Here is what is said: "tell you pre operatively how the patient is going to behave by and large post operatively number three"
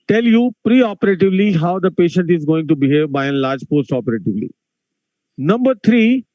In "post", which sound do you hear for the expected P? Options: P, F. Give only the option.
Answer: P